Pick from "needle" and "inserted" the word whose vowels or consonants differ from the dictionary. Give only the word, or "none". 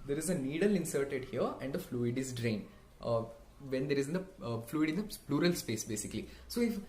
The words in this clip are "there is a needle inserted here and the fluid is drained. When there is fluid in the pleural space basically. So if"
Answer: none